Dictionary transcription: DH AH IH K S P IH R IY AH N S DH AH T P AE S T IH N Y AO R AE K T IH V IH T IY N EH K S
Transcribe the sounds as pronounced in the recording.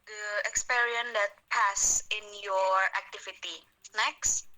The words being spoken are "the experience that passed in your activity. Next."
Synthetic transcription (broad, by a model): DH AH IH K S P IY R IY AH N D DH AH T P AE S IH N Y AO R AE K T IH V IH T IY N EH K S